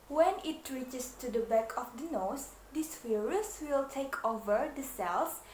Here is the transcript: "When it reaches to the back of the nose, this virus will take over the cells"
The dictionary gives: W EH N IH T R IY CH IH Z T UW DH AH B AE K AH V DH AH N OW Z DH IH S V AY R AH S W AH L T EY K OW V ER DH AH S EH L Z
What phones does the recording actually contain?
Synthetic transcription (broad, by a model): W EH N IH T R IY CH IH S T UW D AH B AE K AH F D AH N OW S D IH S F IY R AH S W AH L T EY K OW V ER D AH S EH L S